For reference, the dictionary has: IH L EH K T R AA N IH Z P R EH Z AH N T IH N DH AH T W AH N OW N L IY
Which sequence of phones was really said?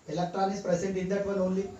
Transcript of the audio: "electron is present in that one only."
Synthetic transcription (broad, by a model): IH L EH K T R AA N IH S P R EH S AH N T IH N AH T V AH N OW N L IY